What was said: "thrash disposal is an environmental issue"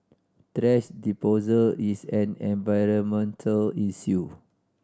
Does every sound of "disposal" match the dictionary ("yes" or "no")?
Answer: no